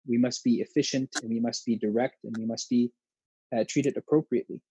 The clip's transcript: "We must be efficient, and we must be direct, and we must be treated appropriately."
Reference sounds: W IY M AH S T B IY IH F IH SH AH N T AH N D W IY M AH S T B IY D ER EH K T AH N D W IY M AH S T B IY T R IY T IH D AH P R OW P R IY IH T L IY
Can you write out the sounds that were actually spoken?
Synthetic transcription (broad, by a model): W IY M AH S T B IY IH F IH SH AH N T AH N W IY M AH S T B IY D ER EH K T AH N W IY M AH S T B IY T R IY T IH D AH P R OW P R IY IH T L IY